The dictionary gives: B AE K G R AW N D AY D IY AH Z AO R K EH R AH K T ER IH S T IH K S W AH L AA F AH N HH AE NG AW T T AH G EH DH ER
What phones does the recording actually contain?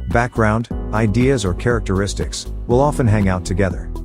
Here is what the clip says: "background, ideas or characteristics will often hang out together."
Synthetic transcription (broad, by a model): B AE K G R AW N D AY D IY AH Z AO R K EH R AH K T ER IH S T IH K S W AH L AA F AH N HH AE NG AW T T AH G EH DH ER